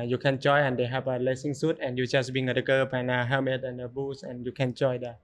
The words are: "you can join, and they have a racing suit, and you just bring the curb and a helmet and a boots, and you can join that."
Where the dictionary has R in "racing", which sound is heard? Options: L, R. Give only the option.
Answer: L